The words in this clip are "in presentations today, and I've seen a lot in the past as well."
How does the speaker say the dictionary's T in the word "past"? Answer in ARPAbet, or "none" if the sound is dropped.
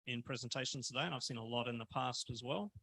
T